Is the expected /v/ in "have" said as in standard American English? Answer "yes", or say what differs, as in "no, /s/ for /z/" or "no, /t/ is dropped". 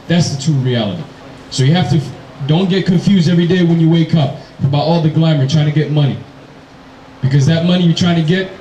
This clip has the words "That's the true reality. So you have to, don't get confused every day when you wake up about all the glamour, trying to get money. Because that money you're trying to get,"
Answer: no, /f/ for /v/